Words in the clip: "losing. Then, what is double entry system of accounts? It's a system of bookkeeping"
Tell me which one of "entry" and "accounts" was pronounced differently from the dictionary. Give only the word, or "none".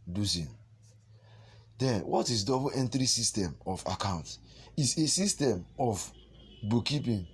accounts